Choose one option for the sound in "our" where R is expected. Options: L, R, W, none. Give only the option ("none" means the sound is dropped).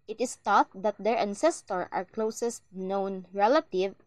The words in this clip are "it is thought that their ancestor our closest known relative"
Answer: R